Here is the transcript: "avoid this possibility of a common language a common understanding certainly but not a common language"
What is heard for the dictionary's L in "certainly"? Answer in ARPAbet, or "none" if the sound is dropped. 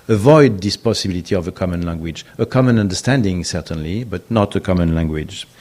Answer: L